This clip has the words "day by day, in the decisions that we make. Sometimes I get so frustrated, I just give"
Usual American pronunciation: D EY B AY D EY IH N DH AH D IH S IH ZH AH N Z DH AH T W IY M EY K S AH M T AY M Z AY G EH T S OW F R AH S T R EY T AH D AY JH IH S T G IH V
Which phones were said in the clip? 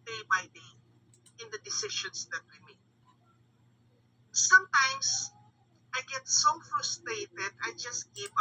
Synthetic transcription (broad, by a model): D EY B AY D EY IH N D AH D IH S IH SH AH N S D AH T W IY M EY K S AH M T AY M S AY G EH T S OW F R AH S T R EY T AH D AY JH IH S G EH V